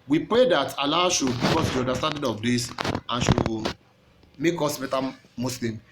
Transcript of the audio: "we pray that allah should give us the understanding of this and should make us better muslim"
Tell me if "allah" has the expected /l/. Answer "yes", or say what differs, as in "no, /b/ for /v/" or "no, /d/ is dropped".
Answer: yes